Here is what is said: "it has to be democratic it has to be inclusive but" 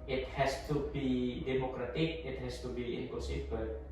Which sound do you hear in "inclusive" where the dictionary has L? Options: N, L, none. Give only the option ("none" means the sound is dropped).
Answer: none